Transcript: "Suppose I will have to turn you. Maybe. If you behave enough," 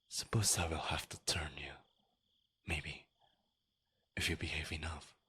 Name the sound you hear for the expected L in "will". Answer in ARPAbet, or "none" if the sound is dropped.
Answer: L